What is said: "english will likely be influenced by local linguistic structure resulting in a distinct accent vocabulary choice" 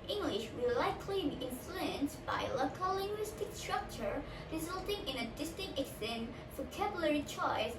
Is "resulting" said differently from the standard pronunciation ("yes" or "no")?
no